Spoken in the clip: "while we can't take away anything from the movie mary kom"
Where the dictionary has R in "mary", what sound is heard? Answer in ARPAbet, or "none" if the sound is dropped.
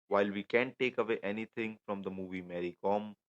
R